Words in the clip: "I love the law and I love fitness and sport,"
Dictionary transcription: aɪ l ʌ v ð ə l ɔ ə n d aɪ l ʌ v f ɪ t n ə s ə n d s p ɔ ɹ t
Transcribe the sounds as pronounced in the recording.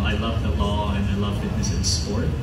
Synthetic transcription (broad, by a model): aɪ l ʌ v ð ə l ɔ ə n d aɪ l ʌ v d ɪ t ə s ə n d s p ɔ ɹ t